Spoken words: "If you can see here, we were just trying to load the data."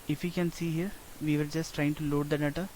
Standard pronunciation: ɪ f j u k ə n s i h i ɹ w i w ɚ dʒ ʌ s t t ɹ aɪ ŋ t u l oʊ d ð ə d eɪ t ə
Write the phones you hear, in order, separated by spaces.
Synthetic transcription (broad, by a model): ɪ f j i k ə n s i h i ɹ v i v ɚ dʒ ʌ s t t ɹ aɪ ŋ t u l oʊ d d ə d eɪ t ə